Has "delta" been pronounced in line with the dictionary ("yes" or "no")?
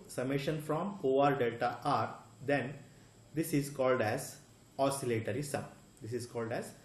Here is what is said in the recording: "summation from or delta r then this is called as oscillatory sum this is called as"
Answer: no